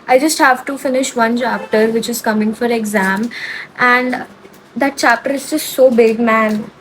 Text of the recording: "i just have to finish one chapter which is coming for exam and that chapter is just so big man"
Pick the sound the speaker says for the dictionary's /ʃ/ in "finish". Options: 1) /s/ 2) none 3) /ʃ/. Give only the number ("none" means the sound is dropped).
3